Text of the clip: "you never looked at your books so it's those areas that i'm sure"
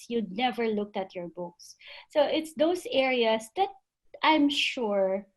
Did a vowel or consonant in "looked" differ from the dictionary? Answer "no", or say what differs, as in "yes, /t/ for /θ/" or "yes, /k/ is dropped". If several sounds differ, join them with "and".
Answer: no